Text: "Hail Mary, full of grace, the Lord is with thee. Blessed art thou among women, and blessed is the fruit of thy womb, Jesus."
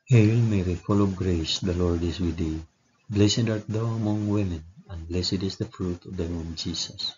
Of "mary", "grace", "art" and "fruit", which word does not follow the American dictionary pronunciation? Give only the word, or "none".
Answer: none